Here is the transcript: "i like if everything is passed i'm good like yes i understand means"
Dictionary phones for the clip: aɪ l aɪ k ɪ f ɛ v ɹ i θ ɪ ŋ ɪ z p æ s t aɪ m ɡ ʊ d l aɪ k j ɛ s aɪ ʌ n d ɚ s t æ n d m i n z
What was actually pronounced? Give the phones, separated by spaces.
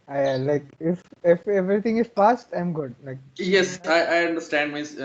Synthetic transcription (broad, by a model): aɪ l aɪ k ɪ f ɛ v ɹ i t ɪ ŋ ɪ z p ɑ s t aɪ m ɡ ʊ d l aɪ k j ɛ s aɪ ʌ n d ɚ s t æ n d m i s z